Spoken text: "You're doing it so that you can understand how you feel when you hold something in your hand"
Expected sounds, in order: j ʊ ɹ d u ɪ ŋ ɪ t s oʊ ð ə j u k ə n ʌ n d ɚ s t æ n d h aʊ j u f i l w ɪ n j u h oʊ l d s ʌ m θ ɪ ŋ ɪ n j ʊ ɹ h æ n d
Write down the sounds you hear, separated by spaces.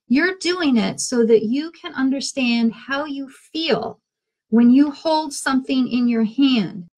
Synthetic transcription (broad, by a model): j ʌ ɹ d u ɪ ŋ ɪ t s oʊ ð ə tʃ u k ə n ʌ n d ɚ s t æ n d h aʊ j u f i l w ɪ n j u h oʊ l d s ʌ m θ ɪ ŋ ɪ n j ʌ ɹ h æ n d